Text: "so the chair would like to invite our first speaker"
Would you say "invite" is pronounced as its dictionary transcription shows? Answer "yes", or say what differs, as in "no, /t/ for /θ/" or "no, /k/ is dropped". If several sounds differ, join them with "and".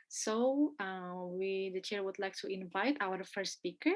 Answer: yes